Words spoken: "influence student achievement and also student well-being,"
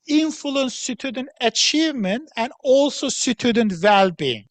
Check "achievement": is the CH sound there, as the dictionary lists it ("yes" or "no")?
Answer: yes